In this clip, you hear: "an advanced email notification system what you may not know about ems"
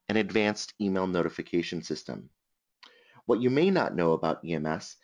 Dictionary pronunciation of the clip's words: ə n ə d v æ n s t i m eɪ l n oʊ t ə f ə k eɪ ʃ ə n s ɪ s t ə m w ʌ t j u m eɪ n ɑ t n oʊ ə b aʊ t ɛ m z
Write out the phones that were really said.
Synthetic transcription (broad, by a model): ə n ə d v æ n s t i m eɪ l n oʊ t ə f ə k eɪ ʃ ə n s ɪ s t ə m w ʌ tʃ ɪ m eɪ n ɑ t n oʊ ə b aʊ t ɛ m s